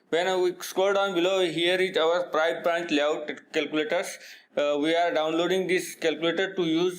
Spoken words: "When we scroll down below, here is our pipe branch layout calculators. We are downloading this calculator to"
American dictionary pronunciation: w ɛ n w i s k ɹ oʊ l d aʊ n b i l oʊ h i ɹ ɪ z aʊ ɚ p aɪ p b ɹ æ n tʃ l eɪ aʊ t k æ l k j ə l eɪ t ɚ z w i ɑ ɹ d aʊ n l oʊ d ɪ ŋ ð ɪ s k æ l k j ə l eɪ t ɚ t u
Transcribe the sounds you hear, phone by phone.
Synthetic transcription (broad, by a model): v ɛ n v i s k oʊ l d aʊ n b i l oʊ h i ɹ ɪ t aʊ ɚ p aɪ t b ɹ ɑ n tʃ l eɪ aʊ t k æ l k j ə l eɪ t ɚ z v i ɑ ɹ d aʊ n l oʊ d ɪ ŋ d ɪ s k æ l k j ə l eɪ t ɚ t u